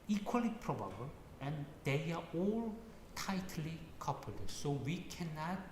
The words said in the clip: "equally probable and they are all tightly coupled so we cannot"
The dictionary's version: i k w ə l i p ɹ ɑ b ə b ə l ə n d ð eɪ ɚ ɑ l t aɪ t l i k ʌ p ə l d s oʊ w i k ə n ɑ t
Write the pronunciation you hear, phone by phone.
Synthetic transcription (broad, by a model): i k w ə l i p ɹ ɑ b ə b ə l ə n d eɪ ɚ ɑ l t aɪ t l i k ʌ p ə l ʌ s oʊ w i k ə n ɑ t